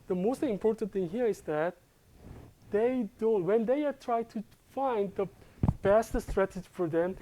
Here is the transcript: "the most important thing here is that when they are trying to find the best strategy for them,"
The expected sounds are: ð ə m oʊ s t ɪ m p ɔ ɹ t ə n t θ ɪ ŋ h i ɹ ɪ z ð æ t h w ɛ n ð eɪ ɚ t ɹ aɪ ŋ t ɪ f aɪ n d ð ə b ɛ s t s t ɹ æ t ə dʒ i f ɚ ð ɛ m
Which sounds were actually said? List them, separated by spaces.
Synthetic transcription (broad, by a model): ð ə m oʊ s t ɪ m p ɔ ɹ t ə n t θ ɪ ŋ h i ɹ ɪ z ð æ t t w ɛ n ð eɪ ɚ t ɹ aɪ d t ɪ f aɪ n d ð ə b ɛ s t s t ɹ æ t ə dʒ i f ɚ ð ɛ m